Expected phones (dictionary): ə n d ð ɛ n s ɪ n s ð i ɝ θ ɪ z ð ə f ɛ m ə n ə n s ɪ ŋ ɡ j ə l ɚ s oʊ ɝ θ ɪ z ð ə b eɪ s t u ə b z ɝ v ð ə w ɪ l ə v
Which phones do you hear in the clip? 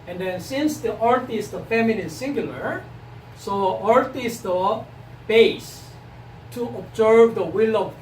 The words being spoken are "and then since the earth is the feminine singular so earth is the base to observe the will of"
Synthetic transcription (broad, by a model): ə n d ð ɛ n s ɪ n s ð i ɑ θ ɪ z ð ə f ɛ m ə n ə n s ɪ ŋ ɡ j ə l ɚ s oʊ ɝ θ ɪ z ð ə b eɪ s t u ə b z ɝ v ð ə w ɪ l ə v